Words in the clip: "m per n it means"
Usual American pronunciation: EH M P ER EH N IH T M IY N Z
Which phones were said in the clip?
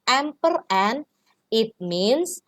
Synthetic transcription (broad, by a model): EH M P ER EH N IH T M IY N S